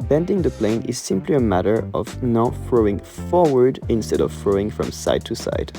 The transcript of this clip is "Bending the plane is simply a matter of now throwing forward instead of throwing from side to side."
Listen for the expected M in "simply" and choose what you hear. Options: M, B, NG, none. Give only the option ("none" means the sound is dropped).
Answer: M